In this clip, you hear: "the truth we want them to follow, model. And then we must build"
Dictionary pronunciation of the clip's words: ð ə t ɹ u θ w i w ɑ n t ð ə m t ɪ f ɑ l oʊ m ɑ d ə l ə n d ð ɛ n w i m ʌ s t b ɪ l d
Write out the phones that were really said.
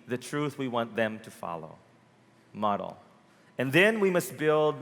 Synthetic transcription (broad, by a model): ð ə t ɹ u θ w i w ɑ n ð ə m t ɪ f ɑ l oʊ m ɑ d l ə n ð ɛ n w i m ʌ s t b ɪ l d